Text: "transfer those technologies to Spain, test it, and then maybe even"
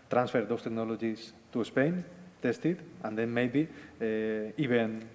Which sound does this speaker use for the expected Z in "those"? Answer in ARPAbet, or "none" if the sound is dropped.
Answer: S